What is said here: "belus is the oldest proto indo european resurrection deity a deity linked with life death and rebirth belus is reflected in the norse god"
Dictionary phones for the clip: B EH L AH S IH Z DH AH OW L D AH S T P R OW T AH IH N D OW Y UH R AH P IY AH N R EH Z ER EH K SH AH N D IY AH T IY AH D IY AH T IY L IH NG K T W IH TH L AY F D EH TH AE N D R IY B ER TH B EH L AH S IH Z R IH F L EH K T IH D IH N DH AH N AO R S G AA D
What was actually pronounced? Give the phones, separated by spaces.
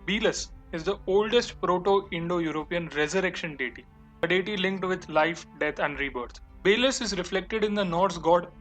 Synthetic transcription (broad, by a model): B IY L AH S IH Z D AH OW L D AH S T P R OW T AH IH N D OW Y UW R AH P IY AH N R EH Z ER EH K SH AH N D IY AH T IY AH D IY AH T IY L IH NG K T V IH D L AY F D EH T AE N D R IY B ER T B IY L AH S IH Z R IH F L EH K T IH D IH N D AH N AO R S G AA D